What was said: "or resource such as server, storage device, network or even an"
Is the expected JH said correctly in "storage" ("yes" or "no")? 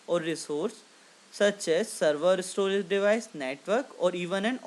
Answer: no